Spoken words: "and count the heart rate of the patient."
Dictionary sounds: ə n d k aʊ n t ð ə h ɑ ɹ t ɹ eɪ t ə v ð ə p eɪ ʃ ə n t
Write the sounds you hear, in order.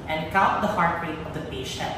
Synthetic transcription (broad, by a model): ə n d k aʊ t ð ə h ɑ ɹ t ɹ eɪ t ə v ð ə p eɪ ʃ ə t